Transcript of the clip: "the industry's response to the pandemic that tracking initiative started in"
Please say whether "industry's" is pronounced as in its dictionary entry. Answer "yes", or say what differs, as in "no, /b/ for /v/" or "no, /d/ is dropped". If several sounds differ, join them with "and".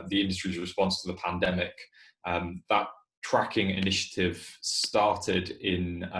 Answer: yes